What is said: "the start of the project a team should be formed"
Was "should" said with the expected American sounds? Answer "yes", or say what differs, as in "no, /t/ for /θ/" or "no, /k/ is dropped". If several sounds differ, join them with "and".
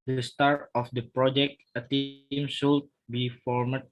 no, /s/ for /ʃ/